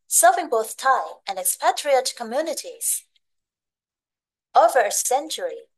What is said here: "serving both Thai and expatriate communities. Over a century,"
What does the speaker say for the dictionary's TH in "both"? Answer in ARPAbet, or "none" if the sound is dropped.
TH